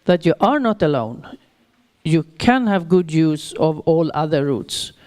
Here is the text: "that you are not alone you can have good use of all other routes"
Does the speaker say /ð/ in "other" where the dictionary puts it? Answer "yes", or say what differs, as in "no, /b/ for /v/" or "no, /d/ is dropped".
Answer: yes